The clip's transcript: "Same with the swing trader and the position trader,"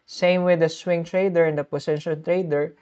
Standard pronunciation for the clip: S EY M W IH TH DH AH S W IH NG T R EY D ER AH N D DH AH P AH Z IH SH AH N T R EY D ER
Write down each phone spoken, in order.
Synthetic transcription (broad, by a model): S EY M W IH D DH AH S W IH NG T R EY D ER AH N D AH P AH S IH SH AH L T R EY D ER